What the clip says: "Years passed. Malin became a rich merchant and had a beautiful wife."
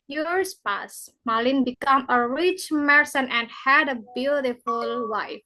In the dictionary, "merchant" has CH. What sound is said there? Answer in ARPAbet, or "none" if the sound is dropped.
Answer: S